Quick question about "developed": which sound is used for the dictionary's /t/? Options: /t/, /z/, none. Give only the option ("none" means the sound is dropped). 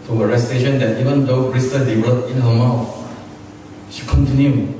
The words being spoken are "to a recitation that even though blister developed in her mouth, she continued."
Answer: none